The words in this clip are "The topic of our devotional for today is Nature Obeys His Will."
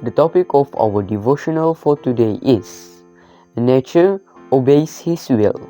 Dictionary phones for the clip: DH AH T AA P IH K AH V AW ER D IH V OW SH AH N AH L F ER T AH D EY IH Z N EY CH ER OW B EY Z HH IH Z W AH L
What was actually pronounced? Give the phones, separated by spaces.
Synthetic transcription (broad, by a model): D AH T AA P IH K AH F AW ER D IH V OW SH AH N AH L F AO T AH D EY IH S N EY CH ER OW B EY S HH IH S W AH L